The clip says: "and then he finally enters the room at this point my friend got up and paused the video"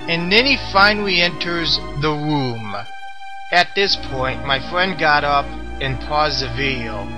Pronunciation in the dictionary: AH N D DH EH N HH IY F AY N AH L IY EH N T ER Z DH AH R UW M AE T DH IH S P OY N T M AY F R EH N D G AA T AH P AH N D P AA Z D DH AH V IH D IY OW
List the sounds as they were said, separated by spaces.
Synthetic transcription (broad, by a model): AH N DH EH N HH IY F AY N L IY EH N T ER Z DH AH R UW M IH T DH IH S P OY N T M AY F R EH N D G AA T AH P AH N P AA Z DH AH V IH D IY OW